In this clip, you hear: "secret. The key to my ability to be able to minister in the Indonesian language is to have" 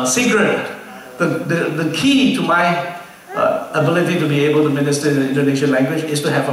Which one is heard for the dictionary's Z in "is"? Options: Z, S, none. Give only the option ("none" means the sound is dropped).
S